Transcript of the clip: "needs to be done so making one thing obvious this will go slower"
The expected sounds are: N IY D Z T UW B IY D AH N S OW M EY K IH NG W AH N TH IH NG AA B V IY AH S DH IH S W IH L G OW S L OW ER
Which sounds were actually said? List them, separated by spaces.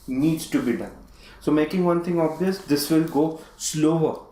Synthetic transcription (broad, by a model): N IY D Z T UW B IY D AH N S OW M EY K IH NG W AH N T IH NG AA B V IY AH S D IH S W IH L G OW S L OW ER